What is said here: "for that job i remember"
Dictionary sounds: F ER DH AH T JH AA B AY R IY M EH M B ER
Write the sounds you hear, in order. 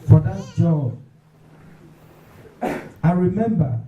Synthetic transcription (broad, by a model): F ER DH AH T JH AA AY R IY M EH M B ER